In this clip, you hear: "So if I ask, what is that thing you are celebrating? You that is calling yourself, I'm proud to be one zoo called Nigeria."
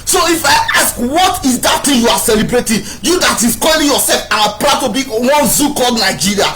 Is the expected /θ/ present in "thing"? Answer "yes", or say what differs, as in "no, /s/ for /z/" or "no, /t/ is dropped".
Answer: no, /t/ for /θ/